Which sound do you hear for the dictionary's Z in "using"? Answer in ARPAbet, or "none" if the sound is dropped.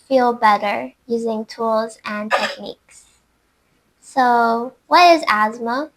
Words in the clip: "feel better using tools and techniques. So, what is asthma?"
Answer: Z